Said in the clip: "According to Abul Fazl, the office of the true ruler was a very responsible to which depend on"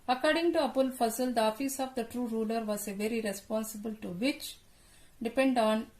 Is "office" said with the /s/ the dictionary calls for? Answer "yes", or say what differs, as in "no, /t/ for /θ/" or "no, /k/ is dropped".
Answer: yes